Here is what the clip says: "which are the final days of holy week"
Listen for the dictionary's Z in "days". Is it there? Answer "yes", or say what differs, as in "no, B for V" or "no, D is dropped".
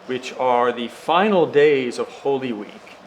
yes